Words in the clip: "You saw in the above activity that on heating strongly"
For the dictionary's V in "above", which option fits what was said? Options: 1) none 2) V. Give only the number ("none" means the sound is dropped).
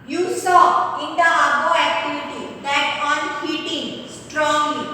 1